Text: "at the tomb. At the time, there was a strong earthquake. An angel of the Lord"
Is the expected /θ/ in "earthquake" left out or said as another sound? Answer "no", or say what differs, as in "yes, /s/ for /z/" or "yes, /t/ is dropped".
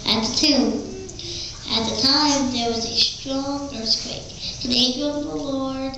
yes, /s/ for /θ/